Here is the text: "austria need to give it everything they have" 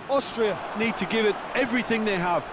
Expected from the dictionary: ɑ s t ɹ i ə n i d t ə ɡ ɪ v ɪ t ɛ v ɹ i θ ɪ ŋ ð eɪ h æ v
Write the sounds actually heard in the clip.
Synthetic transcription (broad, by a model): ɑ s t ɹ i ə n i d t ə ɡ ɪ v ɪ t ɛ v ɹ i θ ɪ ŋ ð eɪ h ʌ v